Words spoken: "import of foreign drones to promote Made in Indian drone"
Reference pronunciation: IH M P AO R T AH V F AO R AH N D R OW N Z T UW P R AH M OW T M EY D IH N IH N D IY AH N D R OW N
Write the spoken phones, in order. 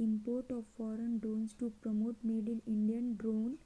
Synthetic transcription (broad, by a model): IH M P AO R T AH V F AO R AH N D R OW N S T UW P R AH M OW T M EY D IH L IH N D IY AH N D R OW N